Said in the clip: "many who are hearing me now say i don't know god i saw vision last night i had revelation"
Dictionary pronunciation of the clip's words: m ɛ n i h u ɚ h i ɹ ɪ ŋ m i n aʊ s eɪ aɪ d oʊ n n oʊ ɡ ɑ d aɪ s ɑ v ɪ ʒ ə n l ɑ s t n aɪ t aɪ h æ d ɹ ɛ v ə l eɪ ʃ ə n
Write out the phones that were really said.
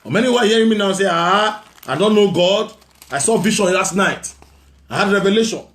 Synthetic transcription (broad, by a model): m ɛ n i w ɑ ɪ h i ɹ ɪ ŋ m i n aʊ s eɪ aɪ d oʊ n n oʊ ɡ ɑ d aɪ s ɑ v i ʃ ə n l ɑ s t n aɪ t aɪ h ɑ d ɹ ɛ v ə l eɪ ʃ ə n